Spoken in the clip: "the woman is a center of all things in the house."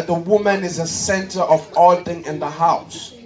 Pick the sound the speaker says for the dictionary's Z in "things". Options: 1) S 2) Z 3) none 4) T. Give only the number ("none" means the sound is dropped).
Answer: 3